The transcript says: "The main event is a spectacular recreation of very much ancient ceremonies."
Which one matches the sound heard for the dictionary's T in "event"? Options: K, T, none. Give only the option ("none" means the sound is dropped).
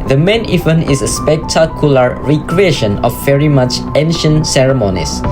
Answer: none